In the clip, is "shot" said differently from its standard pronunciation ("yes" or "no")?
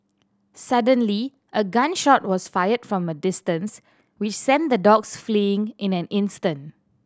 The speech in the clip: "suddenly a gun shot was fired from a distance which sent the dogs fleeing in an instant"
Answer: no